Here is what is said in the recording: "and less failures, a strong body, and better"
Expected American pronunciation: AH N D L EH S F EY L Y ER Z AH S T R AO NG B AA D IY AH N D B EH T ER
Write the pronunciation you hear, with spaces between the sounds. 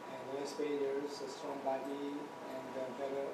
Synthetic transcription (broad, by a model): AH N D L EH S P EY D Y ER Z AH S T R AO NG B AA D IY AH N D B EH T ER